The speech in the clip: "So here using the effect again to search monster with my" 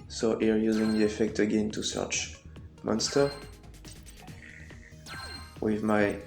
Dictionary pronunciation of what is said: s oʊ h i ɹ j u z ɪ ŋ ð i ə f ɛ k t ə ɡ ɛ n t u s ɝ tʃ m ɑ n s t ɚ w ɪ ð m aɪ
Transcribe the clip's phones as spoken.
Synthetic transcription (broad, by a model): s oʊ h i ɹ j u z ɪ ŋ ð i ə f ɛ k t ə ɡ ɛ n t u s ɝ tʃ m ɑ n s t ɚ w ɪ ð m aɪ